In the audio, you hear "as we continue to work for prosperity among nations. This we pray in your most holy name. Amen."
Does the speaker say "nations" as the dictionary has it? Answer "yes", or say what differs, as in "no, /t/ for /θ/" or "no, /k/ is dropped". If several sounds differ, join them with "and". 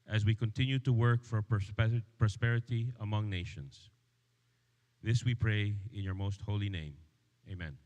no, /s/ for /z/